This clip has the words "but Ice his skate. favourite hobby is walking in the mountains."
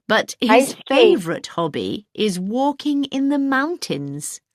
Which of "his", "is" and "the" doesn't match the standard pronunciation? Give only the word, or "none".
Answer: none